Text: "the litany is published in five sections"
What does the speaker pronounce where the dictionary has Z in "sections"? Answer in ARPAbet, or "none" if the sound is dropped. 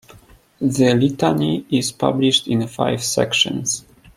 S